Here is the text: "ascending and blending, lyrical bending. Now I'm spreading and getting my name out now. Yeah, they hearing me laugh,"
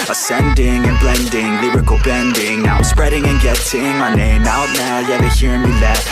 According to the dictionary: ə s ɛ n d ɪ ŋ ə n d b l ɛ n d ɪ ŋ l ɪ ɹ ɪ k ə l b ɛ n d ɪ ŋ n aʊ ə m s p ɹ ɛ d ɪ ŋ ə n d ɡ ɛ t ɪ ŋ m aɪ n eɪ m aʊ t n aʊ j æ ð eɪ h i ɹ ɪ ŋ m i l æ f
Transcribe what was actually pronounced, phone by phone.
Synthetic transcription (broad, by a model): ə s ɛ n d ɪ ŋ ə n b l ɛ n d ɪ ŋ l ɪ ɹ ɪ k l b ɛ n d ɪ ŋ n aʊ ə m s p ɹ ɛ d ɪ ŋ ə n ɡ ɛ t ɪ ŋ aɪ n eɪ m aʊ t n aʊ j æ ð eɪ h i ɹ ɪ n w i l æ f